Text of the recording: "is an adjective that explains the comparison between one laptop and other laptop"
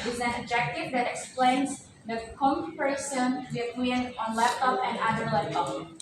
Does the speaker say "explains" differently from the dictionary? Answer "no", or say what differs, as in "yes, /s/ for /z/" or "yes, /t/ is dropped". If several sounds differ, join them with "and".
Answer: no